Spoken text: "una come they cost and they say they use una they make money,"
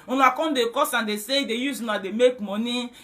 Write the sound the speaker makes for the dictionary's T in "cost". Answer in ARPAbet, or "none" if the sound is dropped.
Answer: none